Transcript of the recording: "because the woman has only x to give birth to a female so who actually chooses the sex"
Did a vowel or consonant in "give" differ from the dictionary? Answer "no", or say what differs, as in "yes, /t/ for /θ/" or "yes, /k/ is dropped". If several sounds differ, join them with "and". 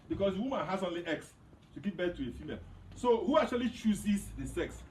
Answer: yes, /p/ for /v/